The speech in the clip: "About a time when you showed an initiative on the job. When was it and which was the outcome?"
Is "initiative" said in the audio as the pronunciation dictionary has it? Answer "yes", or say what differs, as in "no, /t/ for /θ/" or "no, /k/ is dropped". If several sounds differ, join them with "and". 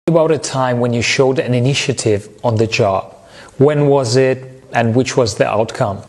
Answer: yes